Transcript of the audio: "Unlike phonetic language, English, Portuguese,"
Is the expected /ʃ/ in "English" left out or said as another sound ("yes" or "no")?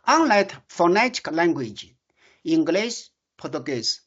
yes